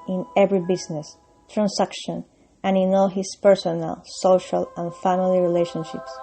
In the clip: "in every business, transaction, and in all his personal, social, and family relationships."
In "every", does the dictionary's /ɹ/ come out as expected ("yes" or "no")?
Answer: yes